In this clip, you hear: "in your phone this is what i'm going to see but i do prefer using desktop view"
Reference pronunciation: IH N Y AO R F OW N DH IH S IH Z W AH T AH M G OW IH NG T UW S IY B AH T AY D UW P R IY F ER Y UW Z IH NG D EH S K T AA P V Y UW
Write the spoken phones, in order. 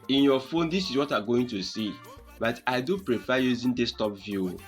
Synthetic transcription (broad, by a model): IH N Y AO F OW N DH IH S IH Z W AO T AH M G OW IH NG T UW S IY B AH T AY D UW P R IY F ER Y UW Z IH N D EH S T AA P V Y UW